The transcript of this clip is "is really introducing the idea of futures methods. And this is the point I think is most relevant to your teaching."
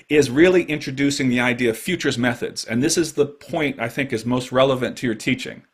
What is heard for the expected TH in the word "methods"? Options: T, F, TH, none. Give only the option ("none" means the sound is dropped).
TH